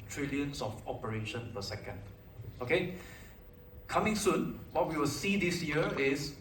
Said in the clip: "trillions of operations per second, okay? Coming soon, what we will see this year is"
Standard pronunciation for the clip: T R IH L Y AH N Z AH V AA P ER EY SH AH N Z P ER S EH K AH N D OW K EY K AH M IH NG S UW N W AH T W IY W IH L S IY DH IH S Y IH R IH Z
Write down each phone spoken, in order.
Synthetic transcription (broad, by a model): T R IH L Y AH N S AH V AA P ER EY SH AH N P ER S EH K AH N D OW K EY K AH M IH NG S UW N W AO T W IY W IH L S IY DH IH S Y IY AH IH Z